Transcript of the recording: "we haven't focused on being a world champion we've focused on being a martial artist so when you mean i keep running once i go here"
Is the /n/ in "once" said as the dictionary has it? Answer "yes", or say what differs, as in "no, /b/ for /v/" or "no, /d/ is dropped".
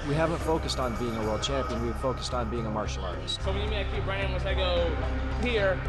no, /n/ is dropped